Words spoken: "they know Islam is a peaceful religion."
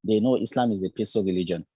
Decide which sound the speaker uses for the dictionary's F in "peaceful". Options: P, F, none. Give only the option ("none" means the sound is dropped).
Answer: none